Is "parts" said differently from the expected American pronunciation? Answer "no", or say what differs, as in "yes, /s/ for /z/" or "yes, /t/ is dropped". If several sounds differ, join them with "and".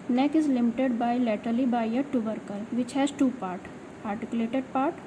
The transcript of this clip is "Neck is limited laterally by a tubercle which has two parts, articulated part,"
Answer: yes, /s/ is dropped